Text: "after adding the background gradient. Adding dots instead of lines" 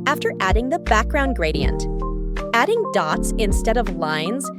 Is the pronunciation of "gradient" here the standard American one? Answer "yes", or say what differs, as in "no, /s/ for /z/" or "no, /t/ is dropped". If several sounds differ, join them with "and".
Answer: yes